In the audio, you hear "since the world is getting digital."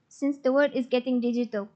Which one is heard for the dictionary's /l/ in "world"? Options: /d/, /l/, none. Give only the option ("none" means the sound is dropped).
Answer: none